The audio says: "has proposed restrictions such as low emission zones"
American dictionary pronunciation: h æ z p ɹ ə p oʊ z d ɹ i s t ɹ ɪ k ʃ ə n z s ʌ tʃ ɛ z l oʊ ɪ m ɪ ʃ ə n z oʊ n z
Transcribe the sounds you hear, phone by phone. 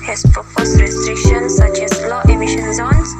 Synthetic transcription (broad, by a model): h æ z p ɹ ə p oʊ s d ɹ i s t ɹ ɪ k ʃ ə n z s ʌ tʃ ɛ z l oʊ ɪ m ɪ ʃ ə n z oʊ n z